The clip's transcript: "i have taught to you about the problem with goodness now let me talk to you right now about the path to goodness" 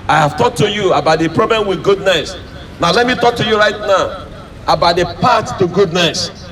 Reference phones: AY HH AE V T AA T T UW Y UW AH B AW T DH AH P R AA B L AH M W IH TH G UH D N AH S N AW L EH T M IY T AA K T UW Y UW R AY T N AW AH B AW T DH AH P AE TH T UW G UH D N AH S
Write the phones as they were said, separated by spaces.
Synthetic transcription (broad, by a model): AY HH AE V T AA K T UW Y UW AH B AW T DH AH P R AA B L AH M W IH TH G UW D N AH S N AW L EH T M IY T AA K T UW Y UW R AY T N AW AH B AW T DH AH P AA T T UW G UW D N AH S